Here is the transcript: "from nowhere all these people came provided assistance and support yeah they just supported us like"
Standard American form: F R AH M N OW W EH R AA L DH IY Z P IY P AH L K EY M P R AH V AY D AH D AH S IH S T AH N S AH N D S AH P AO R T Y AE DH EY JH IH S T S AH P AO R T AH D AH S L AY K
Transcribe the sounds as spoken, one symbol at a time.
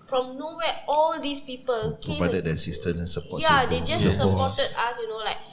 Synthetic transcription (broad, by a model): F R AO M N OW W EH AA L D IY S P IY P AH L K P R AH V AY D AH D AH S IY S T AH S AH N S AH P AO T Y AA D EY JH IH S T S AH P AO T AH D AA S L AY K